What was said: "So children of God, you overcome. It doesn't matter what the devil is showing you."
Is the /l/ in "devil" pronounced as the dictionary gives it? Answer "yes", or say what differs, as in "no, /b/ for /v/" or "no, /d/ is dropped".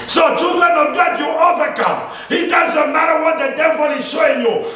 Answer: yes